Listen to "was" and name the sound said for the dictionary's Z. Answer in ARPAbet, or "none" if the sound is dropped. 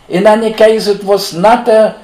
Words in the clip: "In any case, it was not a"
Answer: S